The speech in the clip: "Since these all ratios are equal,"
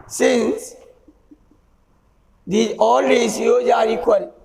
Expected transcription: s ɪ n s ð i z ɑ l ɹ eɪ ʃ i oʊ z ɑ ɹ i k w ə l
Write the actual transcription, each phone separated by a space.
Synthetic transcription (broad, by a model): s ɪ n s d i ɑ l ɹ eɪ s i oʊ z ɑ ɹ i k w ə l